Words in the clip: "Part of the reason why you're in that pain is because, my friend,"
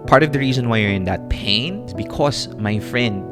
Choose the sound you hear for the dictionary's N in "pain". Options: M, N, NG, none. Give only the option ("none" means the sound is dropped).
N